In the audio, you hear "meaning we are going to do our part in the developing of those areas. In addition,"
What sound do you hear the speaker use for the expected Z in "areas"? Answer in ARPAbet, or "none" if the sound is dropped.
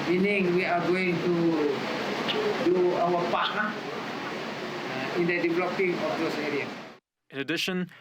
none